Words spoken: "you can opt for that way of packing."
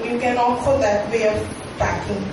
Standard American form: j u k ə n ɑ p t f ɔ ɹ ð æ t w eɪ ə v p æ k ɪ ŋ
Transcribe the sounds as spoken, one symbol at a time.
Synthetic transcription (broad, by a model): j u k ə n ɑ t p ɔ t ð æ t w eɪ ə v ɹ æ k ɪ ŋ